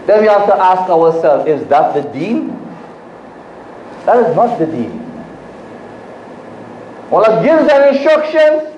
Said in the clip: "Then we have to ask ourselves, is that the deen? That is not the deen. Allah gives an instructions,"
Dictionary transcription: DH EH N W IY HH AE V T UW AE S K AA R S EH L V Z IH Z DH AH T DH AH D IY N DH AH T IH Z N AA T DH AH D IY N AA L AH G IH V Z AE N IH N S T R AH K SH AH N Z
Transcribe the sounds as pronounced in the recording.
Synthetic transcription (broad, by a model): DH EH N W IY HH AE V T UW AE S K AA W S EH L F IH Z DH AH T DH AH D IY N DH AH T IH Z N AA T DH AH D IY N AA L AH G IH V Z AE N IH N S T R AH K SH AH N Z